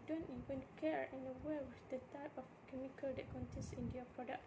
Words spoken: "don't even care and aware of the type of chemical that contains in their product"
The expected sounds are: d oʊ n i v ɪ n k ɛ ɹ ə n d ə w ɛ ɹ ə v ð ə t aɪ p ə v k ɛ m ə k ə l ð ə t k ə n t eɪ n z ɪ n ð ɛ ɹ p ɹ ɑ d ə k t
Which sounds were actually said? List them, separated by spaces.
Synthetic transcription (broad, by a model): d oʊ n i v ɪ n k ɛ ɹ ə n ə w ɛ w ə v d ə t aɪ p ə f k ɛ m ə k ə l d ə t k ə n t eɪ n s ɪ n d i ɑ p ɹ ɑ d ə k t